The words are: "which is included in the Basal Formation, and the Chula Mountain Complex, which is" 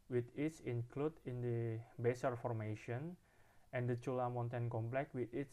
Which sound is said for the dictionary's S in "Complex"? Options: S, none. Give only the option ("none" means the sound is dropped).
none